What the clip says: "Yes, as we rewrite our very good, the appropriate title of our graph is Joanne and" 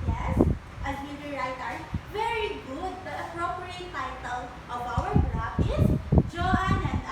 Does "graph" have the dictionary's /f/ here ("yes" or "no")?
no